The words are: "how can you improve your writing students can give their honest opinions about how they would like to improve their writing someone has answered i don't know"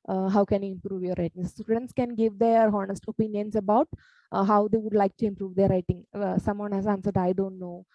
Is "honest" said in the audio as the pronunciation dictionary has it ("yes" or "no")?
yes